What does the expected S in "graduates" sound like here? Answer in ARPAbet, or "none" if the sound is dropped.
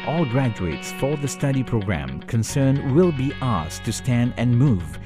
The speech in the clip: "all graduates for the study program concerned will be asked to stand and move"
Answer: S